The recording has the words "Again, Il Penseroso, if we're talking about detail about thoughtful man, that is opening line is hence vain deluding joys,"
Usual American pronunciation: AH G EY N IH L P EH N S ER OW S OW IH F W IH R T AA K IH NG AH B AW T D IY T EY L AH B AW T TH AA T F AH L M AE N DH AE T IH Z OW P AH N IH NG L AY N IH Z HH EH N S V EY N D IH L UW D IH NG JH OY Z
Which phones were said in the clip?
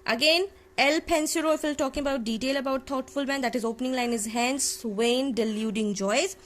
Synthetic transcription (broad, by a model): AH G EY N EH L P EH N S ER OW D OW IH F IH L T AA K IH NG AH B AW T D IY T EY L AH B AW T T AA T F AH L M AE N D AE T IH Z OW P AH N IH NG L AY N IH Z HH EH N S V EY N D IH L UW D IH NG JH OY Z